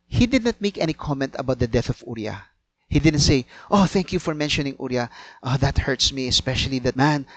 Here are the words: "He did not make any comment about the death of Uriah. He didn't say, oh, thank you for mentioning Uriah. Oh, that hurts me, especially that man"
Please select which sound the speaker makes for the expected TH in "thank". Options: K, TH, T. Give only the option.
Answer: TH